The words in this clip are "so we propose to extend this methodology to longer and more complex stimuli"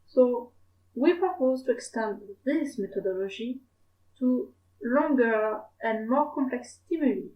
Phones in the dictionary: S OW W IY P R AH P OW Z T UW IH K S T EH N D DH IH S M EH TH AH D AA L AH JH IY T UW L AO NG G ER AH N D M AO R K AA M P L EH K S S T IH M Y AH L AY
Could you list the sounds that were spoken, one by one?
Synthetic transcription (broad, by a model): S OW W IY P R AH P OW Z T UW IH K S T EH N D DH IH S M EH T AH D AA L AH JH IY T UW L AO NG G ER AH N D M AO R K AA M P L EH K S S T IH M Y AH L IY